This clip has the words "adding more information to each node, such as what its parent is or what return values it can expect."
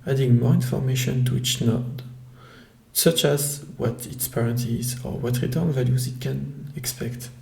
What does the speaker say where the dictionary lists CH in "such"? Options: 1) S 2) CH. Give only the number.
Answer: 2